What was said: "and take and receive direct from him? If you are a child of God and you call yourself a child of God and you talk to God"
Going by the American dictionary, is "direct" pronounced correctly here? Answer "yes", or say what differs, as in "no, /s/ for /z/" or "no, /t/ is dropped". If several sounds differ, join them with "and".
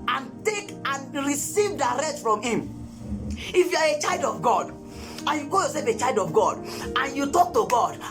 no, /k/ is dropped